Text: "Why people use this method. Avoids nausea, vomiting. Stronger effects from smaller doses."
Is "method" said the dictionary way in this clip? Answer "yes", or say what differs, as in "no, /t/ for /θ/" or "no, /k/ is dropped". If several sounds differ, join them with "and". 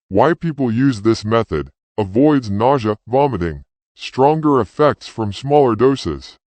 yes